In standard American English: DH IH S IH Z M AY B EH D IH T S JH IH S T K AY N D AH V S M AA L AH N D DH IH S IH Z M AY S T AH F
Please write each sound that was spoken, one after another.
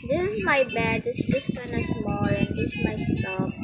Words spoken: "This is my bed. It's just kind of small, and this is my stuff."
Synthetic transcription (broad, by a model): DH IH S IH Z M AY B EH D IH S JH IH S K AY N AH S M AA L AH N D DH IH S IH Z M AY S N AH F